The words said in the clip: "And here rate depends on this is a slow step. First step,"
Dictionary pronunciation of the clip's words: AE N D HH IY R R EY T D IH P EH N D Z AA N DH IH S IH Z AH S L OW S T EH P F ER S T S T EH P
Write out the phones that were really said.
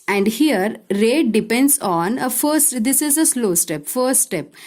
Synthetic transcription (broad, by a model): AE N D HH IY R R EY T D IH P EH N D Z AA N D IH S IH Z AH S L OW S T EH P F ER T S T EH P